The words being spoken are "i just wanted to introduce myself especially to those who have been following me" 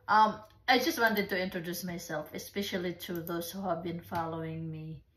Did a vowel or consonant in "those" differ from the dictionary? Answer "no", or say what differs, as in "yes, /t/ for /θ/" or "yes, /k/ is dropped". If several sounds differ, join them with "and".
yes, /s/ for /z/